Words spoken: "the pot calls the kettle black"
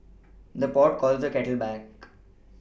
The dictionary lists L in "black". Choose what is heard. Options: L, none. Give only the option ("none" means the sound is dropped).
none